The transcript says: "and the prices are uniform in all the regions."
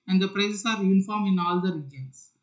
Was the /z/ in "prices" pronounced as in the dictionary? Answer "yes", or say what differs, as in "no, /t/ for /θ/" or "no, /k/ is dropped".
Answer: no, /s/ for /z/